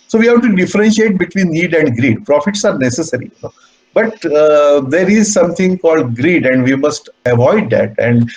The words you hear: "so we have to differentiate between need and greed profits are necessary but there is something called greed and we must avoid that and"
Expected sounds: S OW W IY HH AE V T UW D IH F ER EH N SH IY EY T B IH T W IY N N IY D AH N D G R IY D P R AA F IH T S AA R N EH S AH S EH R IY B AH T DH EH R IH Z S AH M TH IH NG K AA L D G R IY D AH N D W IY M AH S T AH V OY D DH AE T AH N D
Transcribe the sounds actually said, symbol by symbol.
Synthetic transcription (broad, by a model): S OW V IY HH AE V T UW D IH F ER EH N SH IY EY T B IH T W IY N N IY D AH N D G R IY D P R AA F IH T S AA R N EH S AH S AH R IY B AH T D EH R IH Z S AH M T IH NG K AA L D G R IY D AH N D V IY M AH S T AH V OY D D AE T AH N D